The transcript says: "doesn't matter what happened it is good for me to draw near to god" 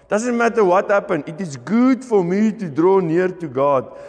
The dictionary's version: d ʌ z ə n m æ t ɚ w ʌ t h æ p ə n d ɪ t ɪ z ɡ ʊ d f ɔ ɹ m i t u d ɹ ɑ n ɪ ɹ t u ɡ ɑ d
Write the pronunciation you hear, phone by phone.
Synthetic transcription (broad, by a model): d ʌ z ə n m æ t ɚ w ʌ t h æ p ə n ɪ t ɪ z ɡ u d f ɔ ɹ m i t u d ɹ ɑ n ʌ ɹ t u ɡ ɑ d